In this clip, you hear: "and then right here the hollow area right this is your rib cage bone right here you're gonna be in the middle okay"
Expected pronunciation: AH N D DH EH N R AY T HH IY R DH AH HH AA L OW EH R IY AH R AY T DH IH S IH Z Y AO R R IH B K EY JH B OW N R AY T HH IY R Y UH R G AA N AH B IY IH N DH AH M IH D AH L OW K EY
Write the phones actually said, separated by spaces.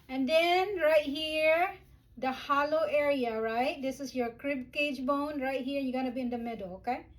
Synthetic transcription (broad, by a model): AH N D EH N R AY T HH IY R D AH HH AA L OW EH R IY AH R AY T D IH S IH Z Y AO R R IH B K EY JH B OW N R AY T HH IY R Y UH G AA N AH B IY IH N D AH M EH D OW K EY